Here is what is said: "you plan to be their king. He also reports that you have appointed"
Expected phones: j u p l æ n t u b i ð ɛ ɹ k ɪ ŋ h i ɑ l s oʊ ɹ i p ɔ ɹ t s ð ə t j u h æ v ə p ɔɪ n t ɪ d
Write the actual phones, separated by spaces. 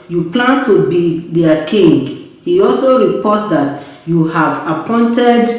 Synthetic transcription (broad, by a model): j u p l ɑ n t u b i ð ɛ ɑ k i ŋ h i ɑ l s oʊ ɹ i p ɔ t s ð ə t j u h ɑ v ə p ɔɪ n t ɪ d